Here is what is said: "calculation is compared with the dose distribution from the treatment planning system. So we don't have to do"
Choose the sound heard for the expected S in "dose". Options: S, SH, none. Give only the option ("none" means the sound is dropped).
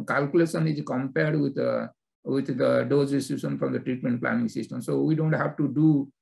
none